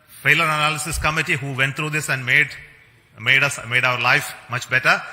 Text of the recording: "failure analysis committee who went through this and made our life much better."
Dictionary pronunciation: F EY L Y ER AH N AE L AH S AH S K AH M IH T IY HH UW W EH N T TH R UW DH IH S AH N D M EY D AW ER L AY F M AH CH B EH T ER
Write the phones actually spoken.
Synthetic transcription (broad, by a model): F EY L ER AH N AE L AH S AH S K AH M IH T IY HH UW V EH N T T R UW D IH S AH N D M EY D AW ER L AY F M AH CH B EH T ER